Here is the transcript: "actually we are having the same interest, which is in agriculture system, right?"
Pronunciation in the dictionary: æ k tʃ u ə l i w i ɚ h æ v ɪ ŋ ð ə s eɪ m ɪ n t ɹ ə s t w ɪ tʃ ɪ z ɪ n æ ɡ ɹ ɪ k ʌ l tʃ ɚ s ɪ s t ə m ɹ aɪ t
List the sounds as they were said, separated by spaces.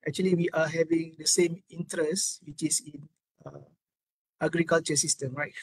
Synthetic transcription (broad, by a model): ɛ k tʃ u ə l i w i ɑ h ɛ v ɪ ŋ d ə s eɪ m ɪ n t ɹ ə s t w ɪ tʃ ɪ s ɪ n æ ɡ ɹ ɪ k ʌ l tʃ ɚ s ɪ s t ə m ɹ aɪ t